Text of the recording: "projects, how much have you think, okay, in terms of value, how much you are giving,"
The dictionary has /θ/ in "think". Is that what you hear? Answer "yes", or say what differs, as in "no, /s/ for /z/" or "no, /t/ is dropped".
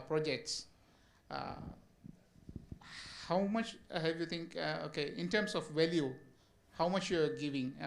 no, /t/ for /θ/